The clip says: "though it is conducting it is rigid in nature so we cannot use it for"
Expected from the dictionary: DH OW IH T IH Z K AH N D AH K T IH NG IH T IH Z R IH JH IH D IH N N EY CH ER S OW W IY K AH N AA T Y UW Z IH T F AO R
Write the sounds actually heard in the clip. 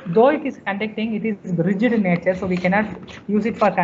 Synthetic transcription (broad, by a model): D OW IH T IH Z K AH N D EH K T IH NG IH T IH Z R IH JH IH D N N EY CH ER S OW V IY K AH N AA T Y UW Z IH T F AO R